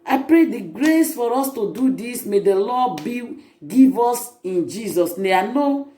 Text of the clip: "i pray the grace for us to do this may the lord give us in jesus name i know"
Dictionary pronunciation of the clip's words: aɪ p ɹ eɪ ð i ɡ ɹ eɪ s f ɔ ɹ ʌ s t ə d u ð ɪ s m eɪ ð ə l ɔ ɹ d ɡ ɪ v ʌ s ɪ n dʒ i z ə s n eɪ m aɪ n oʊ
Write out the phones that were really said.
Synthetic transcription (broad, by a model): aɪ p ɹ eɪ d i ɡ ɹ eɪ s f ɔ ɹ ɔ s t ə d u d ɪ s m eɪ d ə l ɔ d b ɡ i v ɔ s ɪ n dʒ i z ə s n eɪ aɪ n oʊ